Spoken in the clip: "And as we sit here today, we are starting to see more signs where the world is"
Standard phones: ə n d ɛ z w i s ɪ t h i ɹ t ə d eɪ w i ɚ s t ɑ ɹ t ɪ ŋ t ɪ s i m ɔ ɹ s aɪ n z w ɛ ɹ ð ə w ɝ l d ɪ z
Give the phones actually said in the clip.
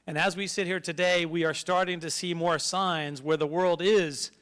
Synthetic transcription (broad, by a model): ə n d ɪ z w i s ɪ t h i ɹ t ə d eɪ w i ɚ s t ɑ ɹ t ɪ ŋ t ɪ s i m ɔ ɹ s aɪ n z w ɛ ɹ ð ə w ɝ l d ɪ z